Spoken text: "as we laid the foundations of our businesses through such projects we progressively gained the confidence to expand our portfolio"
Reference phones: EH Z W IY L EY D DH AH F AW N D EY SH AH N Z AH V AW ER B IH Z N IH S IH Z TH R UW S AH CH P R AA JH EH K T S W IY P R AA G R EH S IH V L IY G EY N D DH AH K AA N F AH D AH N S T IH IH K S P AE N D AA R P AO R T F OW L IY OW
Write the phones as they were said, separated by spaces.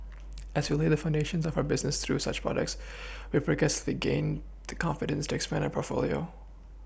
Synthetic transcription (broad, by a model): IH Z W IY L EY DH AH F AW N D EY SH AH N Z AH V AW ER B IH Z N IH S TH R UW S AH CH P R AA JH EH K T S W IY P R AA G EH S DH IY G EY N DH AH K AA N F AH D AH N S T IH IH K S P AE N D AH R P AO R T F OW L IY OW